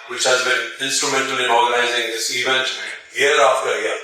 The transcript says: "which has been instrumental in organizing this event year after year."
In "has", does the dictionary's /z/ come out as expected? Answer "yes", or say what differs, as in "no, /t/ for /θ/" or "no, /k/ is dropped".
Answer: yes